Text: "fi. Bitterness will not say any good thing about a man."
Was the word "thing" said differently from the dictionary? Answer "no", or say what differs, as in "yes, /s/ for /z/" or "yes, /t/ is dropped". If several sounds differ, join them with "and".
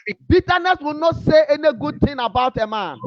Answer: yes, /t/ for /θ/